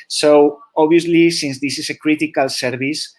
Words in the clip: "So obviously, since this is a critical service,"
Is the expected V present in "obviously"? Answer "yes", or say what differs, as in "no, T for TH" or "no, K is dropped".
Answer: no, V is dropped